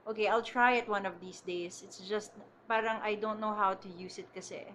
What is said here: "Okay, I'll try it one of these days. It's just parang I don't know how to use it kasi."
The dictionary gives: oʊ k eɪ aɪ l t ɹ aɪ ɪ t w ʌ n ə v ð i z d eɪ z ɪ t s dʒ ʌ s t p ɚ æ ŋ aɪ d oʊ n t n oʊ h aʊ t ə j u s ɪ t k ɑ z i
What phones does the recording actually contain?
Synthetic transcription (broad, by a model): oʊ k eɪ aɪ l t ɹ aɪ ɪ t w ʌ n ə v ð i s d eɪ s ɪ t s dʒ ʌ s t p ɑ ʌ ŋ aɪ d oʊ n t n oʊ h aʊ t ə j u s ɪ t k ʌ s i